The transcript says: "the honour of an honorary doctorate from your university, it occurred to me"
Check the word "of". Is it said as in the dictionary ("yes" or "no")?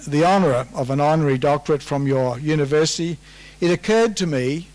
yes